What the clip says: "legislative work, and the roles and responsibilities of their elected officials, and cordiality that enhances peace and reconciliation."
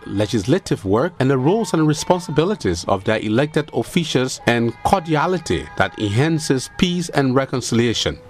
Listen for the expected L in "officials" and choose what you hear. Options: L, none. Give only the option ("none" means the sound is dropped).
none